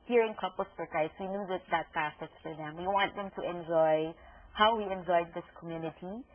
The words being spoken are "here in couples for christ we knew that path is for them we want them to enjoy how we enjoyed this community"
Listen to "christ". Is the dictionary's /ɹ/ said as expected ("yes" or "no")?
no